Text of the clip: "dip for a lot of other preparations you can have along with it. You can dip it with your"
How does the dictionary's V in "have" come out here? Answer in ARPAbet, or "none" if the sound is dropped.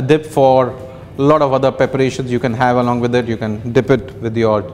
V